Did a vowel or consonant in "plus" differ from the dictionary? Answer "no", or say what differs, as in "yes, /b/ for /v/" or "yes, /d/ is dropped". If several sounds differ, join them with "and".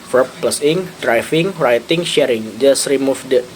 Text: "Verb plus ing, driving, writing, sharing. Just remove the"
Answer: no